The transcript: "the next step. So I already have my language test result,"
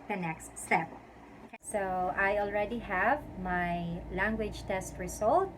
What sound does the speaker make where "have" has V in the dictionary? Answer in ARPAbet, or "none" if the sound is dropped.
V